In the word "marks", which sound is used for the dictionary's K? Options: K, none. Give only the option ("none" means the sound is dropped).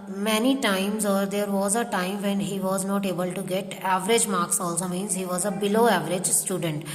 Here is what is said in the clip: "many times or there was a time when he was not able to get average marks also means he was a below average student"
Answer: K